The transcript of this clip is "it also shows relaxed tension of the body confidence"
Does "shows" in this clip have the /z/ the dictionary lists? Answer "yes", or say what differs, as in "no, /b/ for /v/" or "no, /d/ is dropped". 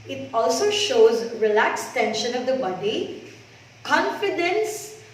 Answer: yes